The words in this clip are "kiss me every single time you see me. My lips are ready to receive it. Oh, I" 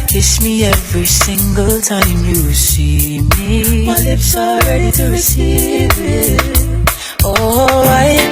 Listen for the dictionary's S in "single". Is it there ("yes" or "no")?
yes